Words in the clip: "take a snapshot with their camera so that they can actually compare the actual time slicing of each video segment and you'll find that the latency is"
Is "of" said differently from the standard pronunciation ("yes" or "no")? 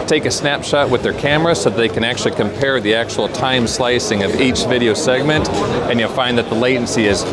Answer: no